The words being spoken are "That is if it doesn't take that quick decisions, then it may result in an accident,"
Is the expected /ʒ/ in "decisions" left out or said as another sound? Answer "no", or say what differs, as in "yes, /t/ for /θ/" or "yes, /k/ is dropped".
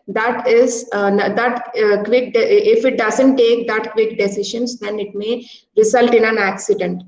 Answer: yes, /ʃ/ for /ʒ/